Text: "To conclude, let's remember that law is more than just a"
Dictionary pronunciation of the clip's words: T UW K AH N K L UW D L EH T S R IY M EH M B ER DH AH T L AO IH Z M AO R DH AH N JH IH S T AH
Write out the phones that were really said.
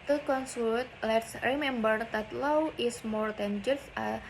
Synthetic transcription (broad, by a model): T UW K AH N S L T L EH T S R IY M EH M B ER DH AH T L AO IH S M AO R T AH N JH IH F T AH